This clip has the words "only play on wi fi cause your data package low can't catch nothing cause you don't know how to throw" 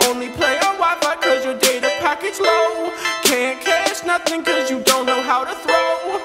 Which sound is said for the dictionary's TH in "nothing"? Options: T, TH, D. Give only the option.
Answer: TH